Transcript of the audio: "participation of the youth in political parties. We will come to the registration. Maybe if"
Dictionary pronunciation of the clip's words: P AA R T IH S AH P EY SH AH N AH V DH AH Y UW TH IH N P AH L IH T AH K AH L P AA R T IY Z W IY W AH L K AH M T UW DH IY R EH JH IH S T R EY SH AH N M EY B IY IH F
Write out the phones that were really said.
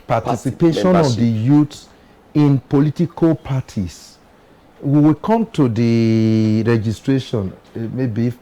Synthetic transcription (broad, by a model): P AA T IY S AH P EY SH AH N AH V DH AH Y UW T IH N P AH L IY T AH K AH L P AA T IY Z W IY W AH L K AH M T UW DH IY R EH JH IH S T R EY SH AH N M EY B IY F